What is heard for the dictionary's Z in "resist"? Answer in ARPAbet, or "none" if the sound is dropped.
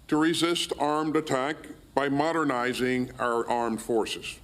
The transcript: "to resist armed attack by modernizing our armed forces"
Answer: Z